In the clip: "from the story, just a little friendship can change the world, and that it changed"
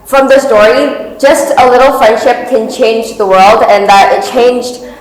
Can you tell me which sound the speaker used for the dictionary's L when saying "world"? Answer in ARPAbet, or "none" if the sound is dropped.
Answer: L